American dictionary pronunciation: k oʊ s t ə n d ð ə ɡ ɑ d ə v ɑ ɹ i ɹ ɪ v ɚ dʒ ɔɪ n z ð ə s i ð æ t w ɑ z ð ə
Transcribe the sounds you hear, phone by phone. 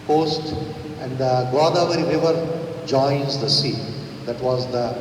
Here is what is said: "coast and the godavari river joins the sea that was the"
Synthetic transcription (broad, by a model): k oʊ s t ə n d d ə ɡ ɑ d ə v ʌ ɹ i ɹ ɪ v ɚ dʒ ɔɪ n z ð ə s i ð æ t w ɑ z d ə